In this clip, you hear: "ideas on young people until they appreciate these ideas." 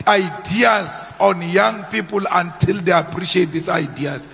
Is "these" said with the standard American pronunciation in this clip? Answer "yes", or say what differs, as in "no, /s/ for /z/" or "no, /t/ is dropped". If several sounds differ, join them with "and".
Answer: no, /s/ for /z/